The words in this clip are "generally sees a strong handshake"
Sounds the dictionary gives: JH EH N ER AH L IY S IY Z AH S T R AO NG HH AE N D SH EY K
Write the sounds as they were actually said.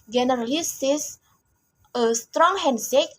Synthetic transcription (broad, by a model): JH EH N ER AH L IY S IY S AH S T R AO NG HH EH N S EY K